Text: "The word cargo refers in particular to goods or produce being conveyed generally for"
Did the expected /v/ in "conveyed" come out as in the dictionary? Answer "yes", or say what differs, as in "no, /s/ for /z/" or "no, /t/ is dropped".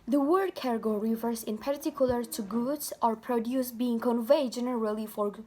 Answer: yes